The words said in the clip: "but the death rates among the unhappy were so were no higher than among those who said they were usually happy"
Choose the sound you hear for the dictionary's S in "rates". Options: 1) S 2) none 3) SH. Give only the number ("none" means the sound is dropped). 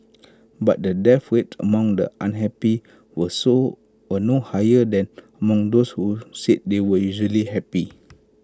2